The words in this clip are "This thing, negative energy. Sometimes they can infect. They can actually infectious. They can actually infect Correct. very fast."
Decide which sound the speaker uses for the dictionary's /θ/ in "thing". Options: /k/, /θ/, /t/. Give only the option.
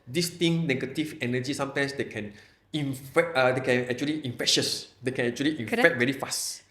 /t/